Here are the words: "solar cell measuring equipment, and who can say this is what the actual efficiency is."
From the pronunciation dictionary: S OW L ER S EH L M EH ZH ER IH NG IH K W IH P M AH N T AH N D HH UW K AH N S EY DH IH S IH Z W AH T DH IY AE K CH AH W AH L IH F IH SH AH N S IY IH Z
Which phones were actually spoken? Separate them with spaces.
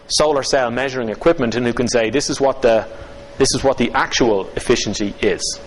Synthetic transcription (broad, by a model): S OW L ER S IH L M EH ZH ER IH NG IH K W IH P M AH N T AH N HH UW K AH N S EY DH IH S IH Z W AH T DH IY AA K CH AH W AH L IH F IH SH AH N S IY IH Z